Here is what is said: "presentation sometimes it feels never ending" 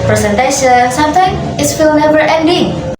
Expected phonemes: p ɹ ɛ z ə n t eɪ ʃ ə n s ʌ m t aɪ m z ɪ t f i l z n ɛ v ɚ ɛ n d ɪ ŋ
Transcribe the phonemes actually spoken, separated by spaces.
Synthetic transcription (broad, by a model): p ɹ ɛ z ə n t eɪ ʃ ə n s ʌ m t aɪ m ɪ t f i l n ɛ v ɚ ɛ n d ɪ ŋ